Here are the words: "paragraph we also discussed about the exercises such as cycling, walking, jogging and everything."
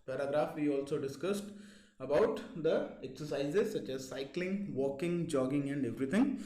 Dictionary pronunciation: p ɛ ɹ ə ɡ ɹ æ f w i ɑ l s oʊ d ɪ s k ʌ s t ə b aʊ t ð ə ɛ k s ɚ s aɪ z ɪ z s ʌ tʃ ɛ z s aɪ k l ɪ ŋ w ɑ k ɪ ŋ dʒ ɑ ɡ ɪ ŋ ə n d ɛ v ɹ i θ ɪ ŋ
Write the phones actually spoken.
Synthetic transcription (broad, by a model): p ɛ ɹ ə ɡ ɹ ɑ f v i ɑ l s oʊ d ɪ s k ʌ s t ə b aʊ t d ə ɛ k s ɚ s aɪ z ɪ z s ʌ tʃ ɛ z s aɪ k l ɪ ŋ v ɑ k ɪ ŋ dʒ ɑ ɡ ɪ ŋ ə n d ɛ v ɹ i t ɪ ŋ